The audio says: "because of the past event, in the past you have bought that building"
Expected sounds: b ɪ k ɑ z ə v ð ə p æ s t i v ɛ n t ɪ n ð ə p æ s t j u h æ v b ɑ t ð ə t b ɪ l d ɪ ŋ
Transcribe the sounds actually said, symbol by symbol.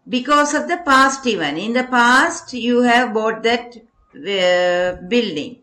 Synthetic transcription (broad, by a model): b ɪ k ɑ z ə v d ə p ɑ s t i v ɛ n ɪ n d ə p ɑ s t j u h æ v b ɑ t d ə t b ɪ l d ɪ ŋ